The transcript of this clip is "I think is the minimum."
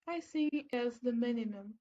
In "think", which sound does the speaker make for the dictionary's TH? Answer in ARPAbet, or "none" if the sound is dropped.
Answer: S